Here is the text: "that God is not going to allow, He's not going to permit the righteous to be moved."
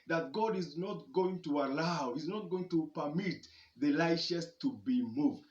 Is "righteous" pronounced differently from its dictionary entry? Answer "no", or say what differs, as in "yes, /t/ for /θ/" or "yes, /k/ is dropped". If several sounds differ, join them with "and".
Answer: yes, /l/ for /ɹ/ and /ʃ/ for /tʃ/